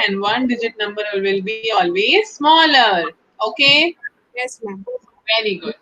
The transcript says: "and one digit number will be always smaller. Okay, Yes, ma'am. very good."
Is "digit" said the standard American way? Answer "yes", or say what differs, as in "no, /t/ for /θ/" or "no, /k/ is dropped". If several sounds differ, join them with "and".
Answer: yes